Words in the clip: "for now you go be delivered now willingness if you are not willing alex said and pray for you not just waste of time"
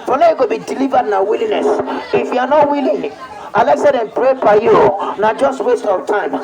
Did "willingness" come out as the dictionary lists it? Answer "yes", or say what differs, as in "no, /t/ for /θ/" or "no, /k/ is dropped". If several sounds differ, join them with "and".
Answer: no, /ŋ/ is dropped